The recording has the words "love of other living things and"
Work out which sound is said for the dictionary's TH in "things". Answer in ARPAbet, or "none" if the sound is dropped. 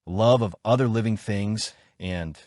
TH